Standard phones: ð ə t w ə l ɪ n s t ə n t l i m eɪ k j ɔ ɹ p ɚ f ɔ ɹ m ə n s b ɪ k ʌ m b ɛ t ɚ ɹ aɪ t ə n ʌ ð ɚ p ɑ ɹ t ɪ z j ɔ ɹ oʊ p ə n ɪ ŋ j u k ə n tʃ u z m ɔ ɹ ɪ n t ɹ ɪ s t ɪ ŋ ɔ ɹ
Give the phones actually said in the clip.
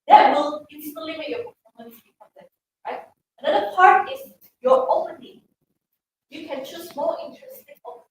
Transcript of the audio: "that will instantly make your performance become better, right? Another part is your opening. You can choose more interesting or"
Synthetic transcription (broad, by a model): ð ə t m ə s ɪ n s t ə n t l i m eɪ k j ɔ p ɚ ɔ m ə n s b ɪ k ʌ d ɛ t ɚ ɹ aɪ t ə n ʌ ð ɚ p ɑ ɹ t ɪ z j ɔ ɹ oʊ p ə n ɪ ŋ j u k ə n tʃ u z m ɔ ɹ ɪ n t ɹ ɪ s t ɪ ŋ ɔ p